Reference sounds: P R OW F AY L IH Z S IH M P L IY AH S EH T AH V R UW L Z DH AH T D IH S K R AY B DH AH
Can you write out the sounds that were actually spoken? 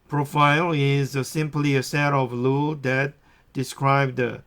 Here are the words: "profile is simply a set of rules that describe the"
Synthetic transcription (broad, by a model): P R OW F AY L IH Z S IH M P L IY AH S EH T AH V L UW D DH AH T D IH S K R AY B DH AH